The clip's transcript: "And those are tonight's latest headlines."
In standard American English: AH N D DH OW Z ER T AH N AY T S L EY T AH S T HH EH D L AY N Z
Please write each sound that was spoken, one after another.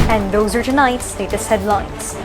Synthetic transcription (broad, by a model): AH N DH OW Z ER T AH N AY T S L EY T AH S HH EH D L AY N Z